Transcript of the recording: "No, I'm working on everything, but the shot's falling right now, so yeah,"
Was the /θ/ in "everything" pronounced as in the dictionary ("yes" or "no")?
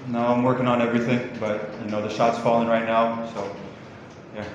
yes